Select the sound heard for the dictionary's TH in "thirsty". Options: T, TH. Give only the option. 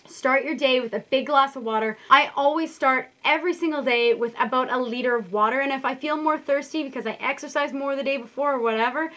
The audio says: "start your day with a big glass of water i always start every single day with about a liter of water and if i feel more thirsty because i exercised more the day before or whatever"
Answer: TH